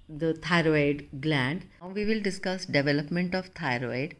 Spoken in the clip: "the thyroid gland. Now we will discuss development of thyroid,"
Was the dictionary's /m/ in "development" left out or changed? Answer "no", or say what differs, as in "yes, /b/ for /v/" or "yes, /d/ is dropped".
no